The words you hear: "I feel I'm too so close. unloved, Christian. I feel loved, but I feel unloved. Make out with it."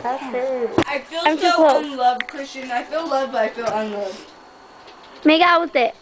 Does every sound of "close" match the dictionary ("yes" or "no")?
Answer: no